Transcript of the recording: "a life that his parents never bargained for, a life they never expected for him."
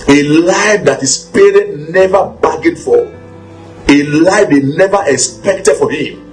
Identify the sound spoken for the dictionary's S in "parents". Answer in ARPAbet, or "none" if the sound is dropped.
none